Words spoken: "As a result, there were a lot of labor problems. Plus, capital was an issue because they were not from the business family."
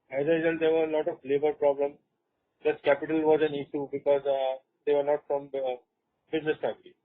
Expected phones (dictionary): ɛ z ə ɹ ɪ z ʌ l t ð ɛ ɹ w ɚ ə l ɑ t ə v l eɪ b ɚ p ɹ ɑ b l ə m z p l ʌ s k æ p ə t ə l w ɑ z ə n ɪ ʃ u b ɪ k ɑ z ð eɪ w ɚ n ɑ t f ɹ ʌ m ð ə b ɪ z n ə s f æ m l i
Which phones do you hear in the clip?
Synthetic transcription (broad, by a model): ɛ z ə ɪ s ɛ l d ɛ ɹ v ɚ ə l ɑ t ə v l eɪ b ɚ p ɹ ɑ b l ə m p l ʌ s k æ p ə t ə l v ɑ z ə n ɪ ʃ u b ɪ k ɑ z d eɪ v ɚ n ɑ t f ɹ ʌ m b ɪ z n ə s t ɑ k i